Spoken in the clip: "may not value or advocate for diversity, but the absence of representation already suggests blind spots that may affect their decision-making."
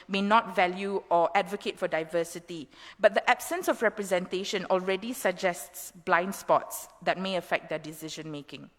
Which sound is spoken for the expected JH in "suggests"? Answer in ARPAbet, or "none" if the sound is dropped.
JH